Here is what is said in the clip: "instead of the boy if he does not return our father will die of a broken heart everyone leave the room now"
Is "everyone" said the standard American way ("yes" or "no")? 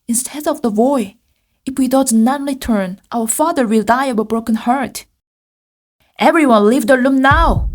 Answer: yes